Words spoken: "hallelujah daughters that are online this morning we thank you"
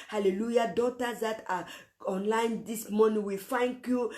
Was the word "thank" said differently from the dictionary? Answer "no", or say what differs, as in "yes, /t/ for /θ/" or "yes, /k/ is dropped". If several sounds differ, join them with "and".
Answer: yes, /f/ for /θ/